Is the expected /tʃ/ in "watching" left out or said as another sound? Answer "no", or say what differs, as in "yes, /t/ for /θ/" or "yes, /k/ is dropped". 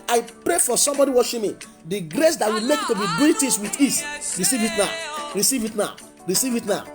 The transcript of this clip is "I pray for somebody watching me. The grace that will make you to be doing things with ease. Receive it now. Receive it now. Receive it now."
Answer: yes, /ʃ/ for /tʃ/